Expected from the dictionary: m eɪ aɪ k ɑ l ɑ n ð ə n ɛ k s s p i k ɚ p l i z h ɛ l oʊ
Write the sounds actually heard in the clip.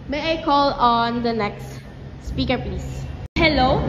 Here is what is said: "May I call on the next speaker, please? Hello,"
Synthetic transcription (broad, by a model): m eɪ aɪ k ɑ l ɑ n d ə n ɛ k s s p i k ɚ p l i s h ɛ l oʊ